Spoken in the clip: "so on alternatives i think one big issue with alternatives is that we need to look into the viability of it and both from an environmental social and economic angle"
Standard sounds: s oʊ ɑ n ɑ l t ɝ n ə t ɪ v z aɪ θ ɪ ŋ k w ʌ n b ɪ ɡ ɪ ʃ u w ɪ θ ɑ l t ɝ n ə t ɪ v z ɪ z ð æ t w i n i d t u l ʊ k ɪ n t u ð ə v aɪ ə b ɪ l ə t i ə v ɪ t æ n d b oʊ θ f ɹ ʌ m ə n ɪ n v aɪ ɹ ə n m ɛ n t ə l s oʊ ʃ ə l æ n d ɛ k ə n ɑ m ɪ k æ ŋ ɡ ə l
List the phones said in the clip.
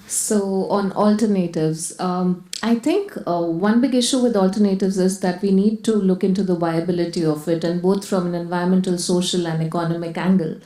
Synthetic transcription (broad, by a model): s oʊ ɑ n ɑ l t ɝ n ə t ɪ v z aɪ t ɪ ŋ k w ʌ n b ɪ ɡ ɪ ʃ u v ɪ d ɑ l t ɝ n ə t ɪ v z ɪ z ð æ t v i n i d t u l ʊ k ɪ n t u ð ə v aɪ ə b ɪ l ə t i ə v ɪ t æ n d b oʊ t f ɹ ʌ m ə n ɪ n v aɪ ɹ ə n m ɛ n t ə l s oʊ ʃ ə l æ n d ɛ k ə n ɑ m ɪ k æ ŋ ɡ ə l